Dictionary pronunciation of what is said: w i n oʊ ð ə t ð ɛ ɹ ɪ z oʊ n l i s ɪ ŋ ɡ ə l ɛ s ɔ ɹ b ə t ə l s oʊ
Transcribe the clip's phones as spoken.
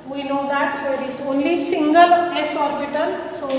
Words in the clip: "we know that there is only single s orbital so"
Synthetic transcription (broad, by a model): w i n oʊ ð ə t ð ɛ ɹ ɪ z oʊ n l i s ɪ ŋ ɡ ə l ɛ s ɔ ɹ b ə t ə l s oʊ